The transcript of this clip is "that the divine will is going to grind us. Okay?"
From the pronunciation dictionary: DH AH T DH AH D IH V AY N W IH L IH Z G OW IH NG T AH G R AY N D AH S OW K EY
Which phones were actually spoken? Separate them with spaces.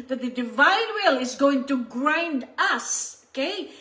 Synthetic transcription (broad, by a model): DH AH T DH AH D IH V AY N W IH L IH Z G OW IH NG T AH G R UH N D AH S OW K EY